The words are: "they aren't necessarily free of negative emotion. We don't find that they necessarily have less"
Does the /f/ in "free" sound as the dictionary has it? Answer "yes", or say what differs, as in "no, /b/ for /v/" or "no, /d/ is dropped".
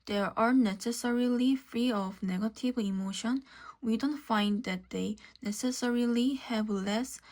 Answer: yes